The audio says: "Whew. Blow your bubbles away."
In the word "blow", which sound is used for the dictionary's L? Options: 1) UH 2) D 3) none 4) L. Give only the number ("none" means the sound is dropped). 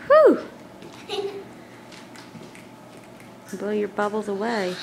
3